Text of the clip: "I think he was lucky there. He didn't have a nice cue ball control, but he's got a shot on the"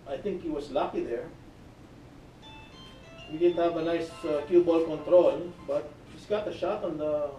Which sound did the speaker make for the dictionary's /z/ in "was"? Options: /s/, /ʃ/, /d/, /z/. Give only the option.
/s/